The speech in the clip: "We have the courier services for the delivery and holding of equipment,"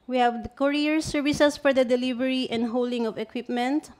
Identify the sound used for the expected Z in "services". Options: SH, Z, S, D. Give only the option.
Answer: S